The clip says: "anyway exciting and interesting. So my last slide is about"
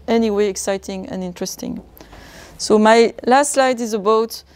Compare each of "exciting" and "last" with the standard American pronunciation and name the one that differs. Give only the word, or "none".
none